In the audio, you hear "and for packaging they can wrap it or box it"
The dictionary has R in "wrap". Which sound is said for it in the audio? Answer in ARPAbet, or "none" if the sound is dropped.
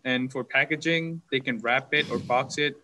R